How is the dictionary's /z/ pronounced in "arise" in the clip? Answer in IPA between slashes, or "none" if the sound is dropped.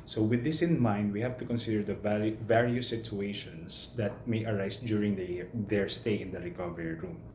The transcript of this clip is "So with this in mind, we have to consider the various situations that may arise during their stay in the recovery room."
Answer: /s/